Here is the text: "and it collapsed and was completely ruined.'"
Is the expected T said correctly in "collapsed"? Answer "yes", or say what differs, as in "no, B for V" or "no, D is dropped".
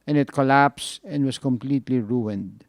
no, T is dropped